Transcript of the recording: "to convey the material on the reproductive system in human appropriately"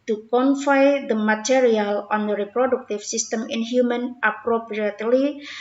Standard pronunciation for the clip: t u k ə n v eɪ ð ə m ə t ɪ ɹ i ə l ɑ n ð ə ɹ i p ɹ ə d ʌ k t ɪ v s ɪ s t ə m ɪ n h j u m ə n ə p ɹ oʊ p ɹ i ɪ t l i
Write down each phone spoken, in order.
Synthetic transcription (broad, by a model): t u k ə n f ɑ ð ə m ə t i ɹ i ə l ɑ n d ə ɹ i p ɹ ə d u k t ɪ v s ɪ s t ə m ɪ n h j u m ə n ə p ɹ oʊ p ɹ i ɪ t l i